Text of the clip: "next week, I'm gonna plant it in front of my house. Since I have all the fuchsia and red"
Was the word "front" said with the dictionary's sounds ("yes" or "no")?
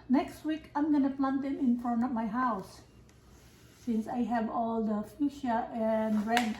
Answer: no